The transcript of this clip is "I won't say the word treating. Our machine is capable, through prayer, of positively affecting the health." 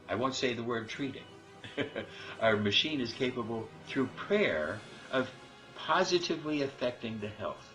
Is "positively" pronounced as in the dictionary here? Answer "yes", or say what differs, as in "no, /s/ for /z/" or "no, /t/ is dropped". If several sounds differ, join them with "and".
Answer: yes